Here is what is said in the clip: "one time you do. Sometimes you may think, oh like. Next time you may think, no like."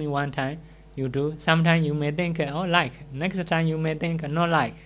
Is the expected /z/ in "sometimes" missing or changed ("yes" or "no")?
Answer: yes